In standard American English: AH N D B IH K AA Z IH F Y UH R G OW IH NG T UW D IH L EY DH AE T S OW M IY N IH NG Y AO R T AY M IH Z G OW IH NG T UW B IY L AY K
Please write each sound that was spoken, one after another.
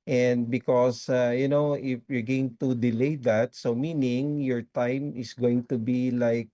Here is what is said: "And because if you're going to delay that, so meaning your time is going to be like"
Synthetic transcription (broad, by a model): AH N D B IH K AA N IH F Y UH R G OW IH NG T UW D IH L EY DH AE T S OW M IY N IH NG Y AO R T AY M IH S G OW IH NG T UW B IY L AY K